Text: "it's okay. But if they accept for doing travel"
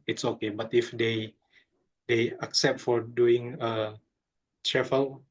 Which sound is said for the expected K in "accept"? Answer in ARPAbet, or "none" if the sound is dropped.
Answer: K